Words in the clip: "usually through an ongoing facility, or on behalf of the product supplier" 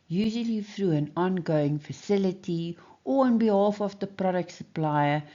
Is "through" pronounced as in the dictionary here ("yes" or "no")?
no